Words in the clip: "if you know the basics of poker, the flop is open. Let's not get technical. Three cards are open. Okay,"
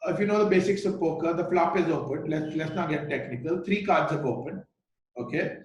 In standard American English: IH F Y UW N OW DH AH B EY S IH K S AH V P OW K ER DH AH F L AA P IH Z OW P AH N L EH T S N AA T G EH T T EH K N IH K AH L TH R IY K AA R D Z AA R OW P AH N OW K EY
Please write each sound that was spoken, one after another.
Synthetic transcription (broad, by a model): IH F Y UW N OW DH AH B EY S IH K S AH V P OW K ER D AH F L AA P IH Z OW P AH N L EH T S L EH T G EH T T EH K N IH K AH L T R IY K AA R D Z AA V OW P AH N OW K EY